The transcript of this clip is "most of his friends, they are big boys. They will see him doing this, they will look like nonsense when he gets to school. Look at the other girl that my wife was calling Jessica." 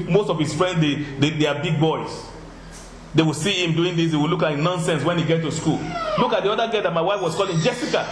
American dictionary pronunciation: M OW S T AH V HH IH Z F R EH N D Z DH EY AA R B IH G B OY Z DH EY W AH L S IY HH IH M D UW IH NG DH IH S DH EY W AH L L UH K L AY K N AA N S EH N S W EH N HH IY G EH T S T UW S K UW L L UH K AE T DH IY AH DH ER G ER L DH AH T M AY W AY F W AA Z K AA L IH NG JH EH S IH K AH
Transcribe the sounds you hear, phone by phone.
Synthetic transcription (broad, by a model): M OW S T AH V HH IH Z F R EH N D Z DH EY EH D B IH G B OY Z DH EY W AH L S IY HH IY M D UW IH NG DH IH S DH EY W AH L L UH K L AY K N AA N S EH N S W EH N HH IY G EH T T UW S K UW L L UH K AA T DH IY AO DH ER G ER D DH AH T M AY W AY F W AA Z K AA L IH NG JH EH S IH K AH